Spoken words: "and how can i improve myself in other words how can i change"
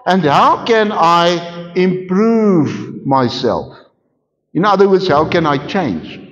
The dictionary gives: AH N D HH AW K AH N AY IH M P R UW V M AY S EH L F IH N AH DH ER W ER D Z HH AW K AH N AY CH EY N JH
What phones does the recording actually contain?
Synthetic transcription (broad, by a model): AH N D HH AW K AH N AY IH M P R UW V M AY S EH L F IH N AH DH ER W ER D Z HH AW K AH N AY CH EY N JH